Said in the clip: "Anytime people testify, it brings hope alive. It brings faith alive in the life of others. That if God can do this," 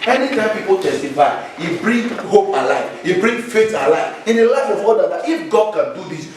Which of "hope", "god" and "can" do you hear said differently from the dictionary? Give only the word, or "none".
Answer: none